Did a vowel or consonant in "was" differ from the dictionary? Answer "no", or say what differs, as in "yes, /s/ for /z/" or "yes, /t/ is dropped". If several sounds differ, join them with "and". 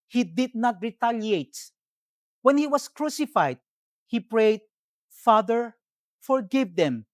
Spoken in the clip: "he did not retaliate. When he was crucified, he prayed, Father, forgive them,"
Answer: yes, /s/ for /z/